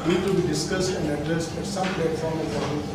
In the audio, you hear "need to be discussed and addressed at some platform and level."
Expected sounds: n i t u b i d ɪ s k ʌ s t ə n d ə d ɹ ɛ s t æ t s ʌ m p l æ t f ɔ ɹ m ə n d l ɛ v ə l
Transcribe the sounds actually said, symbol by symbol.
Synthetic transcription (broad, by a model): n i t u b i d ɪ s k ʌ s t ə n d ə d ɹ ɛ s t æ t s ʌ m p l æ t f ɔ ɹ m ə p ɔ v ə